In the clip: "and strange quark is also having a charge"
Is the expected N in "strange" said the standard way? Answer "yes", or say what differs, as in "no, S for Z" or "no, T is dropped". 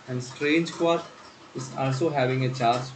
yes